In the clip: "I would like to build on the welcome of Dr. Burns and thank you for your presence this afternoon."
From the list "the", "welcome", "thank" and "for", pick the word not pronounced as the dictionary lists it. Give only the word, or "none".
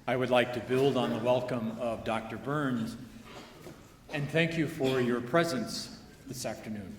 none